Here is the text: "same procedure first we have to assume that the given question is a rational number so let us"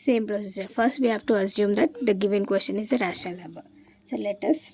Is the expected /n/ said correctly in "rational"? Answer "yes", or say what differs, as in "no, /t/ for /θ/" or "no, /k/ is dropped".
no, /n/ is dropped